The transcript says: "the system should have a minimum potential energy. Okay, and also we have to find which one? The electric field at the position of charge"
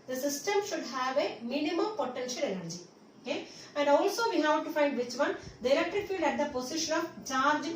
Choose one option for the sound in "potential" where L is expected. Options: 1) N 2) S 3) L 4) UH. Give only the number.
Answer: 3